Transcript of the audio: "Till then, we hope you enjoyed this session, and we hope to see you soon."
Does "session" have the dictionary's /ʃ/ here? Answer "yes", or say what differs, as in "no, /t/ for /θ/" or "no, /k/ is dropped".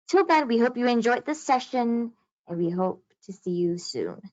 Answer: yes